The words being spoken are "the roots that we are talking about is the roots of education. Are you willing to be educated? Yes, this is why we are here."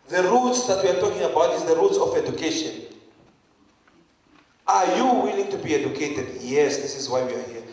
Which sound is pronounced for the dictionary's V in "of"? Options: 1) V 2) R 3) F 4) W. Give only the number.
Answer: 3